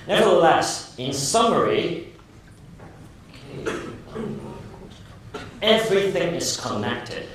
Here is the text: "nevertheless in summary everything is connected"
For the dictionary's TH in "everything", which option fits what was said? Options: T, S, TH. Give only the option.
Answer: TH